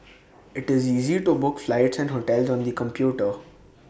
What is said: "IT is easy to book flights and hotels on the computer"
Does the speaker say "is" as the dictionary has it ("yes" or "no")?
yes